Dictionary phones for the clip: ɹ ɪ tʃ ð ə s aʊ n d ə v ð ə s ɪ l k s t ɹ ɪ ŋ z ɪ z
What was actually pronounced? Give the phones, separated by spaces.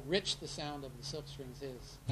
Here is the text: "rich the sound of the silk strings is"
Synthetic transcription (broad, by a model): ɹ ɪ tʃ ð ə s aʊ n d ə v ð ə s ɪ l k s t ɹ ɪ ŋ z ɪ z